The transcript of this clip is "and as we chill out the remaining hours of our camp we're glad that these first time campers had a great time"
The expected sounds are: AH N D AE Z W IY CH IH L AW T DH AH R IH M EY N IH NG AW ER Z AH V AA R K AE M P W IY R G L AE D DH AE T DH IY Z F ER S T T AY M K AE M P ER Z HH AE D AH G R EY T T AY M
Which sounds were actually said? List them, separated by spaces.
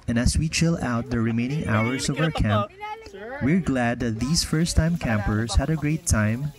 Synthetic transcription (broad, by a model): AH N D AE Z W IY CH IH L AW T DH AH R IH M EY N IH NG AW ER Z AH V AA R K AE M P W IY R G L AE D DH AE T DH IY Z F ER S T T AY M K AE M P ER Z HH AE D AH G R EY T T AY M